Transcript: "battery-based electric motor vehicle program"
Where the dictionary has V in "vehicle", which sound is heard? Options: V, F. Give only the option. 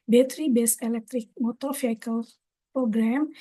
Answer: F